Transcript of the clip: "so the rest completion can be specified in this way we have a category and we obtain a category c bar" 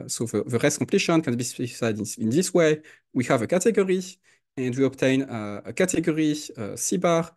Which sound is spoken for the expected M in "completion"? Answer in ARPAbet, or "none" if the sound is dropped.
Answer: M